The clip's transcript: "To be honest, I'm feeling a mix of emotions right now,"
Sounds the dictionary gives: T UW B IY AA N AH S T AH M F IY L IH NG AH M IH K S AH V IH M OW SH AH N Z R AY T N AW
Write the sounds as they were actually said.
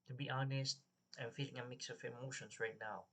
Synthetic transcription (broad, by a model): T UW B IY AA N AH S T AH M F IY L IH NG AH M IH K S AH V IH M OW SH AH N S R AY T N AW